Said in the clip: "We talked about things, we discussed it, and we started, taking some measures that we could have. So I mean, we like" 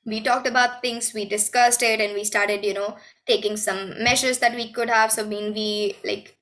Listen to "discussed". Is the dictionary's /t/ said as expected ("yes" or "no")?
yes